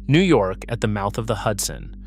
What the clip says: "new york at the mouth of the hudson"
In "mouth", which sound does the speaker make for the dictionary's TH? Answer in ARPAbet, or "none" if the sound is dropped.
TH